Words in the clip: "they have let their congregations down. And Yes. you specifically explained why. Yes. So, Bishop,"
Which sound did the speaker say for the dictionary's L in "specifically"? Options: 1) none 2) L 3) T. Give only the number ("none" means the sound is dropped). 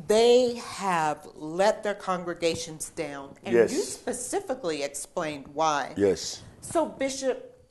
2